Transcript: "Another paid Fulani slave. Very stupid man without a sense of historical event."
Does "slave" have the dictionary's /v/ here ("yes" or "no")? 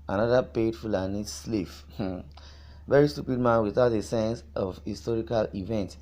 no